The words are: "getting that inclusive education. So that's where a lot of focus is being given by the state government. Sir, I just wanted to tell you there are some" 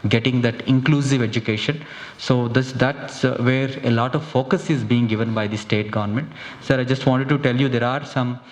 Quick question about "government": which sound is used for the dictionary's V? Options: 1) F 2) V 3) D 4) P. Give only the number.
2